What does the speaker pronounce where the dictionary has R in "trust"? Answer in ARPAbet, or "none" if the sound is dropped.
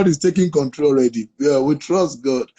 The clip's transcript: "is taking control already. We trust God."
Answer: R